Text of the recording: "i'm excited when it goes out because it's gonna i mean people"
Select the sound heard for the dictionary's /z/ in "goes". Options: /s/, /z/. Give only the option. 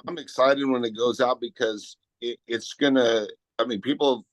/z/